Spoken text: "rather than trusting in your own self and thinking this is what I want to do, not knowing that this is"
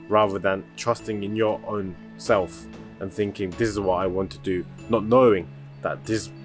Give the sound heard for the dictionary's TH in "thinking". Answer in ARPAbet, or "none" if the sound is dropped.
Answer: TH